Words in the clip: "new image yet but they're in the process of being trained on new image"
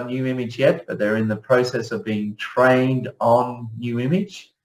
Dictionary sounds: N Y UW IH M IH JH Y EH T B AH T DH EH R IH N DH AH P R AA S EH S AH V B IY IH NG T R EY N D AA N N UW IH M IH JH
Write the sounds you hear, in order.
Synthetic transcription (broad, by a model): N Y UW IH M IH JH Y EH T B AH T DH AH R IH N DH AH P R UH S EH S AH V B IY IH NG T R EY N D N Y UW IH M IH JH